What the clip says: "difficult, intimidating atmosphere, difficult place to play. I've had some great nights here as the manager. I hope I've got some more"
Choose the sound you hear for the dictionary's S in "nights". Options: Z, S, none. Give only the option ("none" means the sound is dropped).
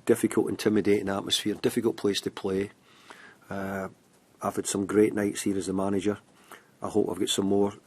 S